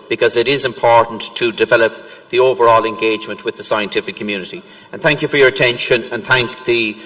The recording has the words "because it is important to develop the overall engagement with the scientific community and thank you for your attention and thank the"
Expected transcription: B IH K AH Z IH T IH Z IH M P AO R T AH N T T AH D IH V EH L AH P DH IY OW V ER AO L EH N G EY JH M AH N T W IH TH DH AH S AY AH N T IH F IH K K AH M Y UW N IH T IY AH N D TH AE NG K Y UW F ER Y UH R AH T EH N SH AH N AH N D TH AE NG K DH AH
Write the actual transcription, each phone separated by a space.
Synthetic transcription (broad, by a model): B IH K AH Z IH T IH Z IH M P AO R T N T T AH D IH V EH L AH P DH IY OW V ER AO L EH N G EY JH M AH N T W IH DH AH S AY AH N T IH F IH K K AH M Y UW N IH T IY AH N TH AE NG K Y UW F ER Y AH R AH T EH N SH AH N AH N TH AE NG K DH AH